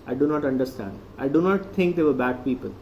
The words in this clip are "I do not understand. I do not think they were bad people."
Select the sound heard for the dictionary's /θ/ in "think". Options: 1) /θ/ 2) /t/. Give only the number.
2